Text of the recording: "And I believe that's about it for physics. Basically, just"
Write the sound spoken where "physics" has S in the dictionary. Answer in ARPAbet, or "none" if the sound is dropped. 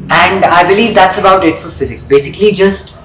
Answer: S